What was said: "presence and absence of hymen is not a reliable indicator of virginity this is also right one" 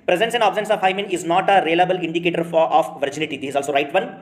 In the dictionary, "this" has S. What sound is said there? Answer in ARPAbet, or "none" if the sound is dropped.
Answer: none